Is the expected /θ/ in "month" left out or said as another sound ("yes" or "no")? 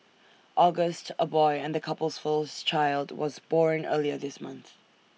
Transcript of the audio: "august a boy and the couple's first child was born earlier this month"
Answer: no